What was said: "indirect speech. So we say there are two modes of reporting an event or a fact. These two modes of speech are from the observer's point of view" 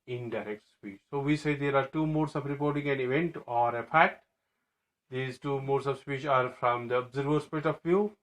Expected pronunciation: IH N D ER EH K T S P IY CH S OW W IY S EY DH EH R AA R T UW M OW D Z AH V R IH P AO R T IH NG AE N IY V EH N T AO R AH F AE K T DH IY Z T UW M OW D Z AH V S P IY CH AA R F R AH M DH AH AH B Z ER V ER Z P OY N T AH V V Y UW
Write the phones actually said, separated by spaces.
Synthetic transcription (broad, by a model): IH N D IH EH K T S P IY CH S OW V IY S EY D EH R AA R T UW M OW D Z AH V R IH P AO R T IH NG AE N IY V EH N T AO R AH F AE T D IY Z T UW M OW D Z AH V S P IY CH AA R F R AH M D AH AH B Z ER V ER S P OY T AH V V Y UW